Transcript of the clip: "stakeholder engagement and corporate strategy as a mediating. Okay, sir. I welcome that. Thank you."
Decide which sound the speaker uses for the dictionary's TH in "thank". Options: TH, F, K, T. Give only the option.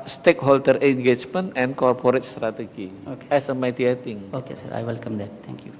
T